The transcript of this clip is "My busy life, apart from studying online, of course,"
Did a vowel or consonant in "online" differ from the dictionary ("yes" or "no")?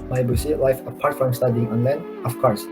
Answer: no